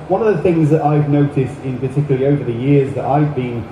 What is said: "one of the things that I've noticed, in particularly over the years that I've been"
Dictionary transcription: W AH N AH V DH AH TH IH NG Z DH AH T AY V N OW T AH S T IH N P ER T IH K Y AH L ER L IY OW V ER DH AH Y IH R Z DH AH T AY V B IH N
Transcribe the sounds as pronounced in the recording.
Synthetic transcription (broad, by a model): W AH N AH V DH AH TH IH NG Z DH AH T AY V N OW T AH S T IH N P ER T IH K Y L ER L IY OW V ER DH AH Y IH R Z DH AH T AY V B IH N